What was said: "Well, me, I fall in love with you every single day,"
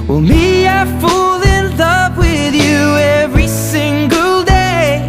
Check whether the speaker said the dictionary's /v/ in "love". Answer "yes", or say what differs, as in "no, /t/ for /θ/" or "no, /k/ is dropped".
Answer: no, /p/ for /v/